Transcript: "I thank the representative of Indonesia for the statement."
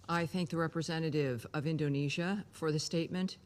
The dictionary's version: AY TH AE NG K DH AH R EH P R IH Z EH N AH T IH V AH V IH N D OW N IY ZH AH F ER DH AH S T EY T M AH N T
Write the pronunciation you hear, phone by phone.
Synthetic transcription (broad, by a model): AY TH AE NG K DH AH R EH P R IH Z EH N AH T IH V AH V IH N D OW N IY ZH AH F ER DH AH S T EY T M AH N T